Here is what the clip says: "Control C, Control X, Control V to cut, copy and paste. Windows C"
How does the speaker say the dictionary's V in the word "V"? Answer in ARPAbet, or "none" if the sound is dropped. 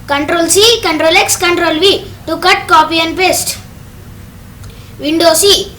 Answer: V